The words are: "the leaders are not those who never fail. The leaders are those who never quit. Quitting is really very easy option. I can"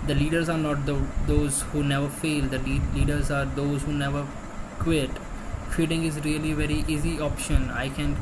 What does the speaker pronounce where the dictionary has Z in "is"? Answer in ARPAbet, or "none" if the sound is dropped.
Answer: Z